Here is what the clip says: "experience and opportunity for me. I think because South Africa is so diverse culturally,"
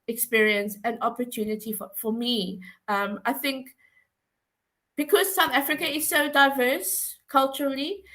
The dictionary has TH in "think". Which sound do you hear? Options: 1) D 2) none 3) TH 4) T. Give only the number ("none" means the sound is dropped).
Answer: 3